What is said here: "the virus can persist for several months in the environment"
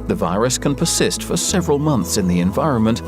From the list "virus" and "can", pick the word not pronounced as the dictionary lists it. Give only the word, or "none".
none